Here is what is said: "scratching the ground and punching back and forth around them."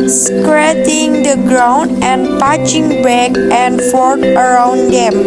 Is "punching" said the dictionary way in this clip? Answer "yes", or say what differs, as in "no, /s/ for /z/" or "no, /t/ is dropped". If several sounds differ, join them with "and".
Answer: no, /n/ is dropped